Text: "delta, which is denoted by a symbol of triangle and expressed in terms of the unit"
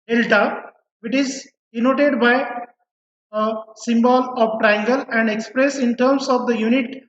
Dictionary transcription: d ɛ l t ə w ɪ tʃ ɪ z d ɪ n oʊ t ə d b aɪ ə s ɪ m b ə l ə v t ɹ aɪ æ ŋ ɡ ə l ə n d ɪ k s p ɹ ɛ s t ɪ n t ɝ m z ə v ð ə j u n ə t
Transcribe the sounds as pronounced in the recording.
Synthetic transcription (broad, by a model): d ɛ l t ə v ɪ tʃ ɪ z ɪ n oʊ t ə d b aɪ ə s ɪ m b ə l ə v t ɹ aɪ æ ŋ ɡ ə l ə n d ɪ k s p ɹ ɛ s ɪ n t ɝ m s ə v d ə j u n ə t